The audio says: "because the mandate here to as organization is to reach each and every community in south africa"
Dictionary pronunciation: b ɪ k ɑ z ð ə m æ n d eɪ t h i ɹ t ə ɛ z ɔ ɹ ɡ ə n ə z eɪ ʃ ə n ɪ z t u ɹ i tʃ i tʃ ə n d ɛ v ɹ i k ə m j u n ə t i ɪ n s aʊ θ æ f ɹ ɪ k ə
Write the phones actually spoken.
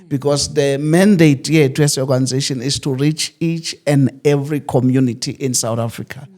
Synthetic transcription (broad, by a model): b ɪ k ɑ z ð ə m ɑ n d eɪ t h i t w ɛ s ɔ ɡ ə n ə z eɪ ʃ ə n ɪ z t u ɹ i tʃ i tʃ ə n d ɛ v ɹ i k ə m j u n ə t i ɪ n s aʊ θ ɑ f ɹ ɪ k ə